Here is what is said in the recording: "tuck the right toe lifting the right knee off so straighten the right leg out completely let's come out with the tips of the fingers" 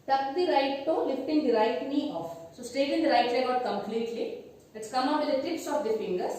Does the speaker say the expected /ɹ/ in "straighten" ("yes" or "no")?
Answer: no